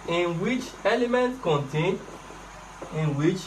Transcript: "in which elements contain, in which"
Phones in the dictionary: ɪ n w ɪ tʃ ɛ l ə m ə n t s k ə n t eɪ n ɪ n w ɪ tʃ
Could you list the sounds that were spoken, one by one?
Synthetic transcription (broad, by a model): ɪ n w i tʃ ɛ l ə m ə n t k ə n t eɪ n ɪ n w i tʃ